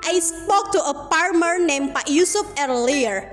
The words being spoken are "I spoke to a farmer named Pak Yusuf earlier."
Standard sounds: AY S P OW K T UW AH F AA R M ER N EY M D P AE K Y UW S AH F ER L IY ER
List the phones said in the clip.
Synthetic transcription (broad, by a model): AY S P OW K T UW AH P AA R M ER N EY M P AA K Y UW S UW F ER L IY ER